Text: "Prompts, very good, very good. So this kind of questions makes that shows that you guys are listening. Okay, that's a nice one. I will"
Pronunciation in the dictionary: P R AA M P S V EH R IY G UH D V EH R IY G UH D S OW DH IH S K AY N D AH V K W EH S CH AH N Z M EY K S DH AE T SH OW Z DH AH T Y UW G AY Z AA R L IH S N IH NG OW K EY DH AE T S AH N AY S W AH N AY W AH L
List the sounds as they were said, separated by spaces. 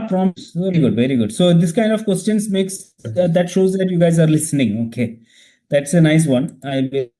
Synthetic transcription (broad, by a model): P R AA M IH S V EH R IY G UH D V EH R IY G UH D S OW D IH S K AY N D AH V K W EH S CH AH N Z M EY K S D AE T SH OW Z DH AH T Y UW G AY Z AA R L IH S N IH NG OW K EY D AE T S AH N AY S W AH N AY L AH